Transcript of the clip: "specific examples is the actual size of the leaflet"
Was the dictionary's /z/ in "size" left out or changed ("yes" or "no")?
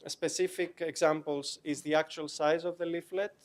no